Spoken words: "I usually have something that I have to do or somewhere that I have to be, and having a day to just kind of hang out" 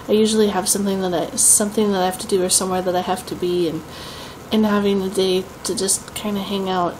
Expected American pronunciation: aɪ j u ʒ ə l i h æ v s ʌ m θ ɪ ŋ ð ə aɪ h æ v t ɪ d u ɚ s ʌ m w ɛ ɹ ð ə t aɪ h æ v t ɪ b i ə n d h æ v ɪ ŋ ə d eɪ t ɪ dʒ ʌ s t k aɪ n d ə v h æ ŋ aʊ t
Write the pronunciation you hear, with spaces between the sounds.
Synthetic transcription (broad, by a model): aɪ j u ʒ ə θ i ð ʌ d s ʌ m θ ɪ ŋ ð ə aɪ h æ f t ɪ d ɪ ɚ s ʌ m w ɛ ɹ ð ə t aɪ h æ f t ɪ b i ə n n h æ v ɪ ŋ ə d eɪ t ɪ dʒ ʌ s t k aɪ n d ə h æ ŋ aʊ t